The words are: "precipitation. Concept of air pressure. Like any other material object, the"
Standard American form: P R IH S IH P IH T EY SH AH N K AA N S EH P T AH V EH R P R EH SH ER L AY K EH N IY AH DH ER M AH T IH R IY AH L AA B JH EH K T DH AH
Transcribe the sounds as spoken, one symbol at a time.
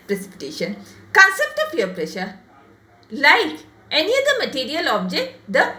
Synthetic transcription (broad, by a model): P R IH S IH P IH T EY SH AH N K AA N S EH P T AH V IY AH P R EH SH ER L AY K EH N IY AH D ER M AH T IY R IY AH L AA B JH EH K T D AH